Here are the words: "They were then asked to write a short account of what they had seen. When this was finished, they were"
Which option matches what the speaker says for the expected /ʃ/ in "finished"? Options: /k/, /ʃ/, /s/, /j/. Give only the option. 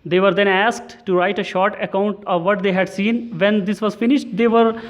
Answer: /ʃ/